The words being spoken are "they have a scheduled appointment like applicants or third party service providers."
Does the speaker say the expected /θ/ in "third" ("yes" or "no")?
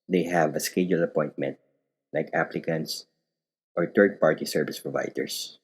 no